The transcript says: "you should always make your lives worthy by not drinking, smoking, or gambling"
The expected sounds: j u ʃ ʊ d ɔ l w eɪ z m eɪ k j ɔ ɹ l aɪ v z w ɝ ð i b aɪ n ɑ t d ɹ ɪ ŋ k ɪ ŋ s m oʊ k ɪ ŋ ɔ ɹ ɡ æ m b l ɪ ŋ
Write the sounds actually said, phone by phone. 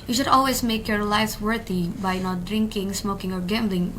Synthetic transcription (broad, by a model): j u ʃ ʊ d ɔ l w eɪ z m eɪ k j ɔ ɹ l aɪ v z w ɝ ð i b aɪ n ɑ t d ɹ ɪ ŋ k ɪ ŋ s m oʊ k ɪ ŋ ɔ ɹ ɡ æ m b l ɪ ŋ